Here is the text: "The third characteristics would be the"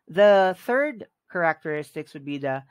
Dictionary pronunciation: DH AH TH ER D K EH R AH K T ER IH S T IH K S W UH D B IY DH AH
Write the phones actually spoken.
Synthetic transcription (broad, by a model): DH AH TH ER D K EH R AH K T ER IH S T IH K S W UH D B IY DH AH